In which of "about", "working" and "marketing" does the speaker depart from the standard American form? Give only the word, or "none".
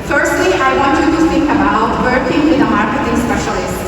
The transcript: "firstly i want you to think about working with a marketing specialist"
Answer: marketing